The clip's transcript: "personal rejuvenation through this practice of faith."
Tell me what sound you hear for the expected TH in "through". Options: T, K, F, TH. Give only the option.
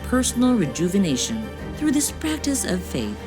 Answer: TH